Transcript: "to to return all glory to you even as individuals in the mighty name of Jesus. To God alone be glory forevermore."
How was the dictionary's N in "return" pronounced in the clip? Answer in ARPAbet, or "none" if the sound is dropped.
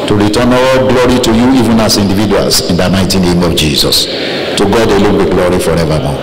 none